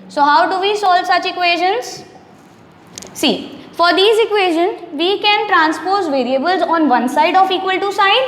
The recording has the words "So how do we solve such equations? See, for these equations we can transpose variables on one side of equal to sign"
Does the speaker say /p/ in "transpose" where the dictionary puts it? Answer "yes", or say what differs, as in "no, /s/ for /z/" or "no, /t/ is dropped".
yes